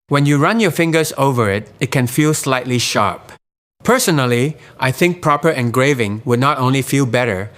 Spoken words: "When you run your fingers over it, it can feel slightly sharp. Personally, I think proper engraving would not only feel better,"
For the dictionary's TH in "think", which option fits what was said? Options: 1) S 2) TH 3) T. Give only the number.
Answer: 2